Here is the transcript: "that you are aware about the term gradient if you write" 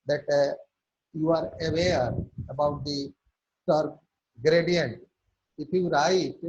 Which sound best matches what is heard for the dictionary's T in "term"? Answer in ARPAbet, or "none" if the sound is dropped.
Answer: S